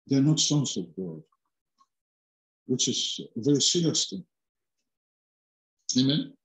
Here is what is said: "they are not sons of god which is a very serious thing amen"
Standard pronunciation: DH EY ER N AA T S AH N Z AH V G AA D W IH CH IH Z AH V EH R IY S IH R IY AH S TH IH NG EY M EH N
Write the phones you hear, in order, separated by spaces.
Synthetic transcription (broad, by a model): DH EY ER N AA T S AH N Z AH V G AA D W IH CH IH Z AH V EH R IY S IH L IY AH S T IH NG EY M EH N